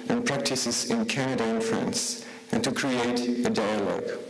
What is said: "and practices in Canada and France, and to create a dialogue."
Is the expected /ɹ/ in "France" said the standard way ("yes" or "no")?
yes